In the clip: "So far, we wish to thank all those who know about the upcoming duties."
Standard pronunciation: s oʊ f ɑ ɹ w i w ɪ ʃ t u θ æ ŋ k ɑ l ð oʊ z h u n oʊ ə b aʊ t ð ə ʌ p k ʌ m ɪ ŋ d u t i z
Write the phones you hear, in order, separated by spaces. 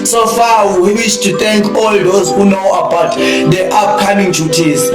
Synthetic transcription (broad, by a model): s oʊ f ɑ w w i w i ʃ t u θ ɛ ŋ k ɑ l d oʊ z h u n oʊ ə b aʊ t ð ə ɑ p k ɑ m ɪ ŋ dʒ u t i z